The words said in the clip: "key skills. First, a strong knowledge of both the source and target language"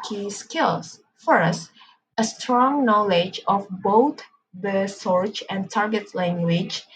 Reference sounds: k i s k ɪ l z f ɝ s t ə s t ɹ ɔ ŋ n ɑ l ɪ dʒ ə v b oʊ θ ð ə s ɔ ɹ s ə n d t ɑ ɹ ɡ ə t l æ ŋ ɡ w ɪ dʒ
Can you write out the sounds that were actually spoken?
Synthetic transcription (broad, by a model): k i s k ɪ l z f ɝ s t ə s t ɹ ɔ ŋ n ɑ l ɪ dʒ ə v b oʊ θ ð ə s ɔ ɹ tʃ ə n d t ɑ ɹ ɡ ə t l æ ŋ ɡ w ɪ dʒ